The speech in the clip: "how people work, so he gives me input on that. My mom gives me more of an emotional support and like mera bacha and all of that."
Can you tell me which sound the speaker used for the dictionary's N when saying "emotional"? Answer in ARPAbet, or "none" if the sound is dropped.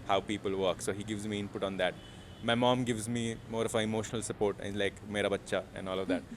N